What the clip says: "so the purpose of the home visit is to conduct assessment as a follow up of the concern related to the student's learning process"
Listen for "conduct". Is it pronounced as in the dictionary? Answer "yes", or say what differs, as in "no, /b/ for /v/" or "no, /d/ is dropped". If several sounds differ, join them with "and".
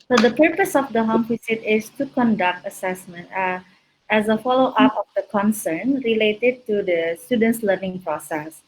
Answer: yes